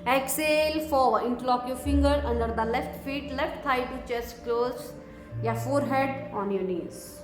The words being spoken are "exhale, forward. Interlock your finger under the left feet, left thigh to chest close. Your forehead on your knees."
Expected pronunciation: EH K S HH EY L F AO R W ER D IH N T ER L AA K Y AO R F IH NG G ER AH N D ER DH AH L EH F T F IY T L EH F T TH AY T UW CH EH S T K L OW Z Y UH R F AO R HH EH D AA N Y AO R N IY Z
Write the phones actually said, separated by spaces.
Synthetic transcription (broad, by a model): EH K S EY L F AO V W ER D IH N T L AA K Y AO R F IH NG G ER AH N D ER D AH L EH F T F IY T L EH F T T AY T UW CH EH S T K L OW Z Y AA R F AO R HH EH D AA N Y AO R N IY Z